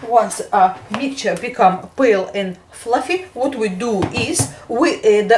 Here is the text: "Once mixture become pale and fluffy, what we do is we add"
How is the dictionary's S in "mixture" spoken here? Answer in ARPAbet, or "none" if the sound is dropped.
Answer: none